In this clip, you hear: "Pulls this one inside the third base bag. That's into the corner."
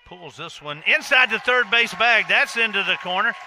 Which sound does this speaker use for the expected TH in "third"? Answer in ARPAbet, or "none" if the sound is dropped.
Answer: TH